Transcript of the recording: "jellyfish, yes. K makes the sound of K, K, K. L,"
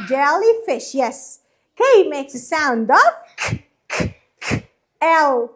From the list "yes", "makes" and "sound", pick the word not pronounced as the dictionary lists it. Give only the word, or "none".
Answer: none